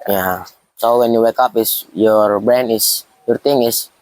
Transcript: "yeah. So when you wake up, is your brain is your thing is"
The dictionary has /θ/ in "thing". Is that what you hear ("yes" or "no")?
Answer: no